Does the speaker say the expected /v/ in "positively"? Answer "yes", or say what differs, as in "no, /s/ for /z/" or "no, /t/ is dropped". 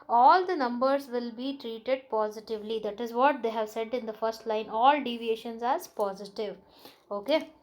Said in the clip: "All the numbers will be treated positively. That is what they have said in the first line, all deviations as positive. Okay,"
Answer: yes